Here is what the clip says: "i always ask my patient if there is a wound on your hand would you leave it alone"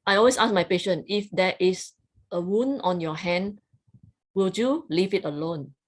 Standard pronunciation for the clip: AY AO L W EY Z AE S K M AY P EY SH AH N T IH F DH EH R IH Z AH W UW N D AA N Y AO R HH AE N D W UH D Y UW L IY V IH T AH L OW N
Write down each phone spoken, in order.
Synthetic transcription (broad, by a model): AY AO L W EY S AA S M AY P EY SH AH N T IH F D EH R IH S AH W UW N AA N Y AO HH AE N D W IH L Y UW L IY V IH T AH L OW N